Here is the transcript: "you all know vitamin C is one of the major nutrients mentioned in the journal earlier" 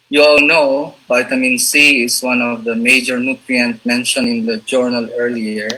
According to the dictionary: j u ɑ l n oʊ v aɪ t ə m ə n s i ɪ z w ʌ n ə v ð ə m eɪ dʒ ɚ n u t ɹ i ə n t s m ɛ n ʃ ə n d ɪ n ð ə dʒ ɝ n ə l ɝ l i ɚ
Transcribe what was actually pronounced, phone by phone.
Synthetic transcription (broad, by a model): j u ɑ l n oʊ b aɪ t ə m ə n s i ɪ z w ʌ n ə v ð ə m eɪ dʒ ɚ n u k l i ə n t m ɛ n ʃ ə n ɪ n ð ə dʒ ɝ n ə l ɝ l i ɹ